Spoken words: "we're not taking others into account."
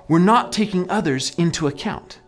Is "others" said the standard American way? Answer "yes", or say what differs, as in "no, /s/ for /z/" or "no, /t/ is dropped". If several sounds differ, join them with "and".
yes